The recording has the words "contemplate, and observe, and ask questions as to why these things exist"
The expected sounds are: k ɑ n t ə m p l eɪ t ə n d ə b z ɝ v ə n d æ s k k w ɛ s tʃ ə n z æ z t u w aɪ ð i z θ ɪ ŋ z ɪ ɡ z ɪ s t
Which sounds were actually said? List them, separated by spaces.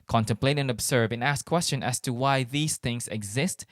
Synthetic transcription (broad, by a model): k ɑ n t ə m p l eɪ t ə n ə b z ɝ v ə n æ s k k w ɛ s tʃ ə n æ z t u w aɪ ð i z θ ɪ ŋ z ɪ ɡ z ɪ s t